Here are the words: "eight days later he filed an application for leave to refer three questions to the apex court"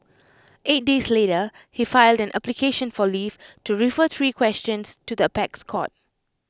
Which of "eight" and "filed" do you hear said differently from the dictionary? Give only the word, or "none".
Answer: none